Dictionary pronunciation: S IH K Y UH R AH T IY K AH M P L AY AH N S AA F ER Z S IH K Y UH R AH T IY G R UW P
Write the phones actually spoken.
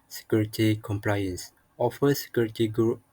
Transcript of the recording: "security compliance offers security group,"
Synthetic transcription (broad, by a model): S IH K Y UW R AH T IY K AH M P L AY AH N S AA F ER S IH K Y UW R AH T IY G R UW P